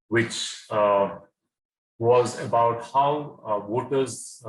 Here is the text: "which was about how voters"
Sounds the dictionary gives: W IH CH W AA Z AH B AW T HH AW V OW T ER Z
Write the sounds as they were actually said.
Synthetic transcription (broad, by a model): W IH CH W AA Z AH B AW T HH AW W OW T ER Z